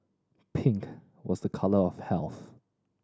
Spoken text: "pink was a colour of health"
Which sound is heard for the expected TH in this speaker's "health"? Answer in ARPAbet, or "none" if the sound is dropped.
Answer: TH